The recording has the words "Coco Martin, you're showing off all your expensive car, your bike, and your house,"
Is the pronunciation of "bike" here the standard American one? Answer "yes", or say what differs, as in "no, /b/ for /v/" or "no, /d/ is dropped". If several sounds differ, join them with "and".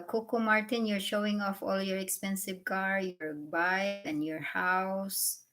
no, /k/ is dropped